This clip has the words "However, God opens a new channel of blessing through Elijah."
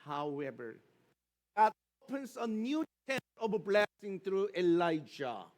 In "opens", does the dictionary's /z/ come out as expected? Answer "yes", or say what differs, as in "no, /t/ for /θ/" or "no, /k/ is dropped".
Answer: no, /s/ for /z/